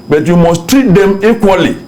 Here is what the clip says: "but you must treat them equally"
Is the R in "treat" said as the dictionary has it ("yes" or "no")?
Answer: no